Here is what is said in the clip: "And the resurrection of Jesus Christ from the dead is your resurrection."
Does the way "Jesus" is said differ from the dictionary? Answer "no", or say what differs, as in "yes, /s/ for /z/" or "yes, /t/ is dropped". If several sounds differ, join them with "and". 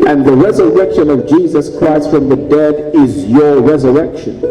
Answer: no